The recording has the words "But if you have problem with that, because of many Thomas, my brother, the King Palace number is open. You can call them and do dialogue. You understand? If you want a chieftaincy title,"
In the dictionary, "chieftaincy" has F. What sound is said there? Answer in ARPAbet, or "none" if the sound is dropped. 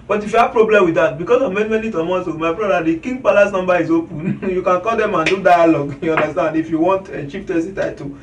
P